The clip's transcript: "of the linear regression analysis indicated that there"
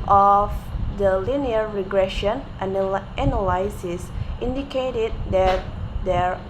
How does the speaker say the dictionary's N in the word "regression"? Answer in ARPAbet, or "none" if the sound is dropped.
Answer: N